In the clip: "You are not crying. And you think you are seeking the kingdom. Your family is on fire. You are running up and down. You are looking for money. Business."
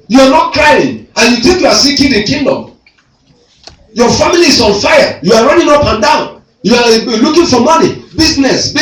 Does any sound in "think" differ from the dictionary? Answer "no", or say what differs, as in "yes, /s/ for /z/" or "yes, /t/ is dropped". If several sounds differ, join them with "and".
yes, /t/ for /θ/